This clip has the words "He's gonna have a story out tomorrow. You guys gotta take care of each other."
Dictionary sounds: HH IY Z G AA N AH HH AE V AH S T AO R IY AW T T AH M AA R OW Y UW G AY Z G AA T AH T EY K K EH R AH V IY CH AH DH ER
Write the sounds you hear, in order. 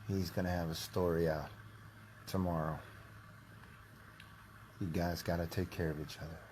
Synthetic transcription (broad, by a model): HH IY Z G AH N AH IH V AH S T AO R IY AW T T AH M AA R OW Y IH G AY Z G AA T AH T EY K K EH R AH V IY CH AH DH ER